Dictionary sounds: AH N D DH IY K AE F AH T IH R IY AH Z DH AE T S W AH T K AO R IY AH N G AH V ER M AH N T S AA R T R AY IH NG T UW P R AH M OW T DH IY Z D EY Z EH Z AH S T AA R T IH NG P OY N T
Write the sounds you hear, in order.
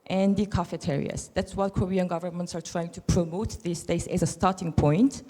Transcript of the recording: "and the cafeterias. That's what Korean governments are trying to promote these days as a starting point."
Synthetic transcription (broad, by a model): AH N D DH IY K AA F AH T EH R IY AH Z DH AE T S W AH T K AO R IY AH N G AH V ER M AH N T S AA R T R AY IH NG T UW P R AH M OW T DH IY S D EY S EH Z AH S T AA R T IH NG P OY N T